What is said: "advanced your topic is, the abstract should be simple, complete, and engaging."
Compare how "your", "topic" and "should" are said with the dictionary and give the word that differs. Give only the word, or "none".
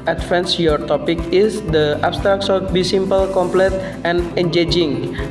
should